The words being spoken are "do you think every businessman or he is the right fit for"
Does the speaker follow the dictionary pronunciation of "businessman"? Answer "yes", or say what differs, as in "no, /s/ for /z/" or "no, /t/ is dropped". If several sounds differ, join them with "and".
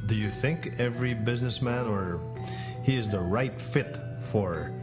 yes